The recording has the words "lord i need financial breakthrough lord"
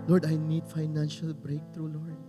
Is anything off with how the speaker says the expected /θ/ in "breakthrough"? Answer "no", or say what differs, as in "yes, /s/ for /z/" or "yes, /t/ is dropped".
yes, /t/ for /θ/